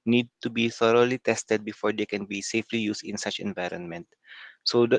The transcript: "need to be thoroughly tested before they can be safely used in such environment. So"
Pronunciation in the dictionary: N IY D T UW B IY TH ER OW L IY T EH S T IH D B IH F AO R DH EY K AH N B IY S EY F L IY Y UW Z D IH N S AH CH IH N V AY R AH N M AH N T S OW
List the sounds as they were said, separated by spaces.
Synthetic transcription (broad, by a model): N IY D T UW B IY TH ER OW L IY T EH S T IH D B IH F AO R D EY K AH N B IY S EY F L IY Y UW S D IH N S AH CH IH N V AY R AH N M AH N T S OW